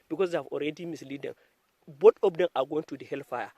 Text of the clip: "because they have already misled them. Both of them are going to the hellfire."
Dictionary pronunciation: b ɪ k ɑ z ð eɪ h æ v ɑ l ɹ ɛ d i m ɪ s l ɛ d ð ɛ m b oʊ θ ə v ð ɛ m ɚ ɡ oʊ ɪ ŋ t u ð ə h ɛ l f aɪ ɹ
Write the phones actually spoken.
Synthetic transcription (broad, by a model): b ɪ k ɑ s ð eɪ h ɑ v ɑ l ɹ ɛ d i m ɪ s l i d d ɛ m b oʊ t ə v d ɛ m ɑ ɡ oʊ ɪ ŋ t u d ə h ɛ l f aɪ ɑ